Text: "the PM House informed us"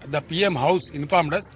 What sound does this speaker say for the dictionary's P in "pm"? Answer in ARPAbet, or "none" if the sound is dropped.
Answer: P